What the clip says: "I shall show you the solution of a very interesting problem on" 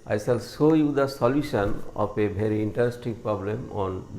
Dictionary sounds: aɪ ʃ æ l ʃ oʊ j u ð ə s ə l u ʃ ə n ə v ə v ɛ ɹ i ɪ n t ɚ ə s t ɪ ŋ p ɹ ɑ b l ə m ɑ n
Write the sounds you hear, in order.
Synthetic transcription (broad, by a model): aɪ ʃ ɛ l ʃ oʊ j u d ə s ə l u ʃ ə n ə p ə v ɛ ɹ i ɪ n t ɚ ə s t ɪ ŋ p ɹ ɑ b l ə m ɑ n